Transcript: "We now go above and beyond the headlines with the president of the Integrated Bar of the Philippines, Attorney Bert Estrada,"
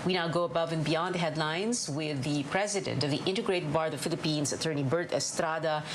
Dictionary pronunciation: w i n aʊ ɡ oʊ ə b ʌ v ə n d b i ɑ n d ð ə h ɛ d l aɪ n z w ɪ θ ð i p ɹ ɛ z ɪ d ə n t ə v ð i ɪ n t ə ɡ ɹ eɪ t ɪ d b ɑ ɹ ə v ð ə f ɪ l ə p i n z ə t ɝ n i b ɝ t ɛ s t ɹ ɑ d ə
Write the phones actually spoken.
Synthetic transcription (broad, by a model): w i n aʊ ɡ oʊ ə b ʌ v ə n b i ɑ n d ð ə h ɛ d l aɪ n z w ɪ ð i p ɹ ɛ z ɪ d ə n t ə v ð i ɪ n t ə ɡ ɹ eɪ t ɪ d b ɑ ɹ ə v f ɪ l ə p i n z ə t ɝ n i b ɝ t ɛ s t ɹ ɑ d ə